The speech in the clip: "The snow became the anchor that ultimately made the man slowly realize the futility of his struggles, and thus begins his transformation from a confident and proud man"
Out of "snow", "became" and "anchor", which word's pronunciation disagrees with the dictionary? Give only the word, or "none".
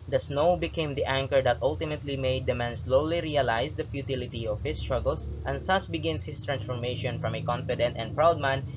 none